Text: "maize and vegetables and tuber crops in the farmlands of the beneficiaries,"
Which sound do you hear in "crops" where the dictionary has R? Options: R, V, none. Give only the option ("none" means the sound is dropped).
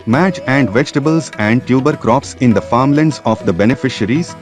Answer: R